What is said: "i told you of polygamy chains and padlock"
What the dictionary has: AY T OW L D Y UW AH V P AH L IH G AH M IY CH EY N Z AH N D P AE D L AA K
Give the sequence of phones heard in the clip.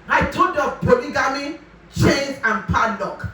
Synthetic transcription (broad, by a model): AY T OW D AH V P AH L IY G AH M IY CH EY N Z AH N P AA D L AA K